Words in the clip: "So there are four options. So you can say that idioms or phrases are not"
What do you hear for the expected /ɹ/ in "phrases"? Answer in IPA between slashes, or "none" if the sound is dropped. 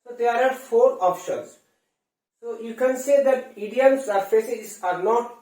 none